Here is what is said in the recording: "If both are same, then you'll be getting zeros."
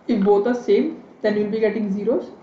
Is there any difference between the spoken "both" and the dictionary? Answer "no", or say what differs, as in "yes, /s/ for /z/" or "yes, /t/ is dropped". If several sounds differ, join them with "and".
yes, /t/ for /θ/